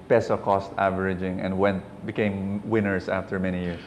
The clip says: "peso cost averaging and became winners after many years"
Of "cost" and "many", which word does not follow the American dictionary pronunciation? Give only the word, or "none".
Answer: none